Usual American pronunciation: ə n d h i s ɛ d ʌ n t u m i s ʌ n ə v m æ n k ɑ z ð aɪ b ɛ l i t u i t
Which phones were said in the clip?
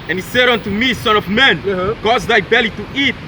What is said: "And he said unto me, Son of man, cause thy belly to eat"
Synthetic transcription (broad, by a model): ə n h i s ɛ d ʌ n t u m i s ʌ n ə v m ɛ n k ɑ z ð aɪ b ɛ l i t u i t